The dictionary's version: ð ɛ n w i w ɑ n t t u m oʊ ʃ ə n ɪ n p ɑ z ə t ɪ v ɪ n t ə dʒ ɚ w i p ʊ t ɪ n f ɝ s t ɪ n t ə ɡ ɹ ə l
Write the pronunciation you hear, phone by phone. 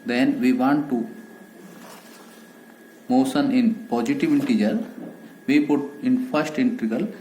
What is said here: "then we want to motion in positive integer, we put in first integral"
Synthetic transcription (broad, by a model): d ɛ n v i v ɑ n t t u m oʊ s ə n ɪ n p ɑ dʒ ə t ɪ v ɪ n t ə dʒ ɚ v i p ʊ t ɪ n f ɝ s t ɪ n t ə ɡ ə l